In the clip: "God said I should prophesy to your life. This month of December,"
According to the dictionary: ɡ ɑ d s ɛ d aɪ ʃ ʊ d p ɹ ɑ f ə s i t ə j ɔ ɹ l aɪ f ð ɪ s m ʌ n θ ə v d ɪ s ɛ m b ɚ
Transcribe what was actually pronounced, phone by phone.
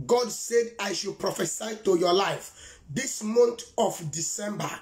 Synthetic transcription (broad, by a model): ɡ ɑ d s ɛ d aɪ ʃ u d p ɹ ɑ f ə s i t ə j ɔ l aɪ f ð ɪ s m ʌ n t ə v d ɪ s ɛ m b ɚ